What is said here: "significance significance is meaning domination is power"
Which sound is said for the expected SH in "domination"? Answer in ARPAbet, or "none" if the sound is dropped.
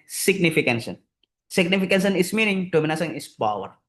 S